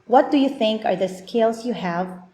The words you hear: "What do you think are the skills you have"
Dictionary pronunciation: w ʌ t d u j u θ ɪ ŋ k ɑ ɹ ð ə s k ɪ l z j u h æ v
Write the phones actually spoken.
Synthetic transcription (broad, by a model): w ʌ t d u j u θ ɪ ŋ k ɑ ɹ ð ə s k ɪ l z j u h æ v